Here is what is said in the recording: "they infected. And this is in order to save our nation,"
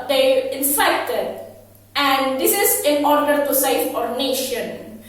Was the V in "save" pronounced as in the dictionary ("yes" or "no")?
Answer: no